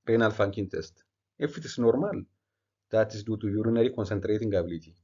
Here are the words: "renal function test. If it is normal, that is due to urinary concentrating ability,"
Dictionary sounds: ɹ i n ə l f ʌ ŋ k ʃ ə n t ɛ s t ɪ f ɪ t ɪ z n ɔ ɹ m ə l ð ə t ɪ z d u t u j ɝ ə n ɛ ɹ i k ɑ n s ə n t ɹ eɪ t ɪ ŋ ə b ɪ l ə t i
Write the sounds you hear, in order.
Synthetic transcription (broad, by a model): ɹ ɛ n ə l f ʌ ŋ k ə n t ɛ s t ɪ f ɪ t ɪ s n ɔ ɹ m ə l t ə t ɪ s d u t u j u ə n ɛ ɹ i k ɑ n s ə n t ɹ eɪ t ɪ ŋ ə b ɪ l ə t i